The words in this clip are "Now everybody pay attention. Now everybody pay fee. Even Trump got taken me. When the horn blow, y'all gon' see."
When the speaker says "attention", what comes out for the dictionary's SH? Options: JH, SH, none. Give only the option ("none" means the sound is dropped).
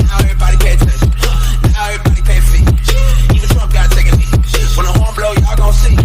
none